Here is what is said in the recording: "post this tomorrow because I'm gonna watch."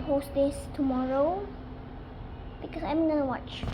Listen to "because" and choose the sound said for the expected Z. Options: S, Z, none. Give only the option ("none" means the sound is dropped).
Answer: S